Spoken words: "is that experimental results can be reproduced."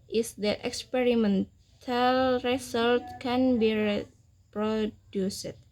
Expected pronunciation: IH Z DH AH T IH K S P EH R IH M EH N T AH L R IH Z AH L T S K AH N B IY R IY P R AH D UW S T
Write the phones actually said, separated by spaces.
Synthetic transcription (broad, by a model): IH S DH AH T IH K S P EH R IH M EH N T AH L R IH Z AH L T K AH N B IY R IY P R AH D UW S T